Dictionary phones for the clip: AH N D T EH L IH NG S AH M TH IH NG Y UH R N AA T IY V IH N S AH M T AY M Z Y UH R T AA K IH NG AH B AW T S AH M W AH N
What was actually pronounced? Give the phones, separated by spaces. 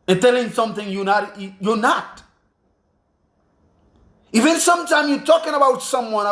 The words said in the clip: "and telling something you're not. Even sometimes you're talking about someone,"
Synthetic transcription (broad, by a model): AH N T EH L IH NG S AH M TH IH NG Y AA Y N AA T IY V IH N S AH M T AY M Y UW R T AA K IH NG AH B AW T S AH M W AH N